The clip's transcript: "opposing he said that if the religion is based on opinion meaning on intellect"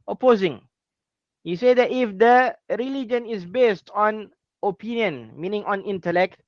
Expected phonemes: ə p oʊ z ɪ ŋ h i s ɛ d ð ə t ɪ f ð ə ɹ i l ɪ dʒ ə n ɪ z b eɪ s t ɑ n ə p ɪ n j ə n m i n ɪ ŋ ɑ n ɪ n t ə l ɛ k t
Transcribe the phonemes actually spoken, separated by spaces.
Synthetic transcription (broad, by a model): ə p oʊ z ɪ ŋ h i s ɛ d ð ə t ɪ f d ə ɹ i l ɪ dʒ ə n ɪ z b eɪ s t ɑ n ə p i n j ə n m i n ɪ ŋ ɑ n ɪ n t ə l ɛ k t